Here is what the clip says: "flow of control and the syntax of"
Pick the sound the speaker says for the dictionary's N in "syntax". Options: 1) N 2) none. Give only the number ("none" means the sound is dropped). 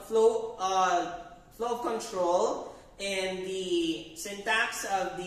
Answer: 1